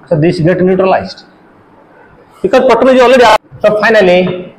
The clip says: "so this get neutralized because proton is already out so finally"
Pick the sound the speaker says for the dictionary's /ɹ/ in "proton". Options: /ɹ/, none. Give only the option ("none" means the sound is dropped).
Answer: none